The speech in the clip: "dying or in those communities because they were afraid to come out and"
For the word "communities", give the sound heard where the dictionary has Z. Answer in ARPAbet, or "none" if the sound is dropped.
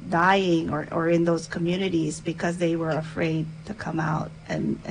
Z